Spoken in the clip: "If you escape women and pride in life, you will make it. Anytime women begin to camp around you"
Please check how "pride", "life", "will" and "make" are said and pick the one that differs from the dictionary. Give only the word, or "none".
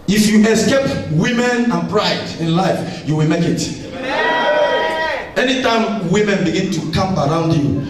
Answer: none